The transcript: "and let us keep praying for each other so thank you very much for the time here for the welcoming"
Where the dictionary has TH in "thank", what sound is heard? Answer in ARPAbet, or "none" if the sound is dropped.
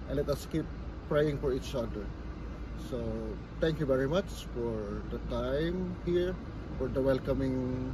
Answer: T